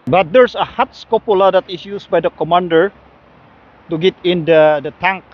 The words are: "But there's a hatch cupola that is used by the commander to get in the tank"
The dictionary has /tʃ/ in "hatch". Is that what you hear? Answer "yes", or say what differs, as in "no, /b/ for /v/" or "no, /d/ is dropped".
no, /s/ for /tʃ/